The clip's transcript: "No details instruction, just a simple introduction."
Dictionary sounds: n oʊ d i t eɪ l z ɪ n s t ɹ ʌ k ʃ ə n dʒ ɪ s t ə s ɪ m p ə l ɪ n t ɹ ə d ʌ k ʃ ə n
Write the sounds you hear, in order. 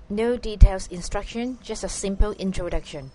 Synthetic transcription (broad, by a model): n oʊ d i t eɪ l s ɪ n s t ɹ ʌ k ʃ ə n dʒ ɪ s t ə s ɪ m p ə l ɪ n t ɹ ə d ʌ k ʃ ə n